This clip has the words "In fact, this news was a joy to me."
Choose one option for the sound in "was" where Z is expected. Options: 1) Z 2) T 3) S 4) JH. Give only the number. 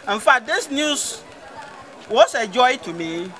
3